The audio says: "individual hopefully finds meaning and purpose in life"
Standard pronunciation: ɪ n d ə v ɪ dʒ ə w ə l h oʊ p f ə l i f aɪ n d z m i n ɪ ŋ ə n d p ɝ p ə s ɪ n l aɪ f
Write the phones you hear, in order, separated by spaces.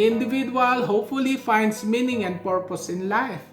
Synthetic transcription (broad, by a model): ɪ n d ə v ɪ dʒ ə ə l h oʊ p f ə l i f aɪ n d s m i n ɪ ŋ ə n d p ɝ p ə s ɪ n l aɪ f